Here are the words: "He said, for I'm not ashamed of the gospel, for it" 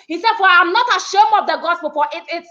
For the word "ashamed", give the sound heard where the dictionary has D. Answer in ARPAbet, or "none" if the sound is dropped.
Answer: none